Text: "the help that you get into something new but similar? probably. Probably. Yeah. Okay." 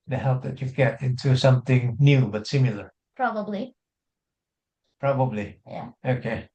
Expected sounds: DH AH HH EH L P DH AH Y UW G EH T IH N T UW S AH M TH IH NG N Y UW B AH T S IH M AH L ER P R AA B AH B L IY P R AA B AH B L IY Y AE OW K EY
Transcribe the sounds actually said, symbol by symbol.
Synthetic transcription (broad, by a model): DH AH HH EH L P DH AH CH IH G EH T IH N T UW S AH M TH IH NG N Y UW B AH T S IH M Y L ER P R AA B AH B L IY P R AA B AH B L IY Y AE OW K EY